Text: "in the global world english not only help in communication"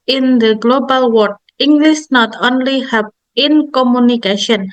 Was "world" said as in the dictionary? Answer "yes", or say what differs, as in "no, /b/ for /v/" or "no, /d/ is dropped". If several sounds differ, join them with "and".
no, /l/ is dropped